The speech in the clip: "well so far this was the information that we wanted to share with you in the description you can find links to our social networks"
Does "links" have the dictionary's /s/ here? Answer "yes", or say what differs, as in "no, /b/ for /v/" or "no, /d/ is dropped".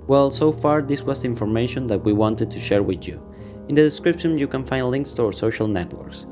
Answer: yes